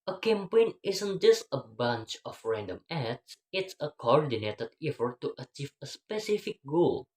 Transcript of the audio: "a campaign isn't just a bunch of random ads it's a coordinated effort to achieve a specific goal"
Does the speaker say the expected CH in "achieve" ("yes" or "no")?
yes